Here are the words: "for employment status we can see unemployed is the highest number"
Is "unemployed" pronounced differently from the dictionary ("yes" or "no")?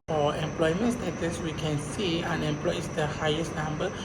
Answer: yes